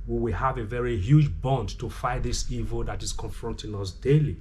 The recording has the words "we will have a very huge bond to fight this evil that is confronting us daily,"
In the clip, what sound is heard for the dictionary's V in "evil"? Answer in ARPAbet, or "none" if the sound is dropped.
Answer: V